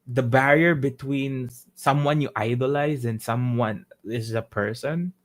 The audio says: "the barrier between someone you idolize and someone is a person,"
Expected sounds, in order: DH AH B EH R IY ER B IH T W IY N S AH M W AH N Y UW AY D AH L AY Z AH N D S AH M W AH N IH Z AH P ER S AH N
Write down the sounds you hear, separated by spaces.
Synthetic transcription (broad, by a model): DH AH B EH R IY ER B IH T W IY N S AH M W AH N Y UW AY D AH L AY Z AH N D S AH M W AH N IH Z AH P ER S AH N